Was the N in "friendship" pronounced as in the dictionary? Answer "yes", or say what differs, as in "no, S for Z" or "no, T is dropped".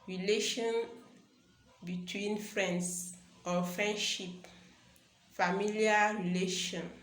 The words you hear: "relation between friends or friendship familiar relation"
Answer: yes